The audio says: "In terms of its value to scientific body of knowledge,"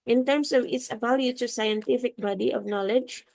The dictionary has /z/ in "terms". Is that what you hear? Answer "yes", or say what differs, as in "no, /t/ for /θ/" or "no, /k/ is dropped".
no, /s/ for /z/